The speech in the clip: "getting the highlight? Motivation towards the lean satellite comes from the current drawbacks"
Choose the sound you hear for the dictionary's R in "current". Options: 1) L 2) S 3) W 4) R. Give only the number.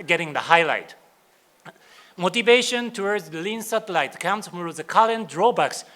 1